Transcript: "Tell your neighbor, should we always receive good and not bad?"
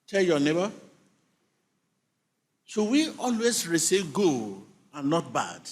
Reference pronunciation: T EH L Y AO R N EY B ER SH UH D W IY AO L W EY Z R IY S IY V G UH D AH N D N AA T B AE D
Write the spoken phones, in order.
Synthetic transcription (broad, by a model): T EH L Y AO N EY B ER S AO W IY AO L W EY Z R IY S IY V G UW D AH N N AA T B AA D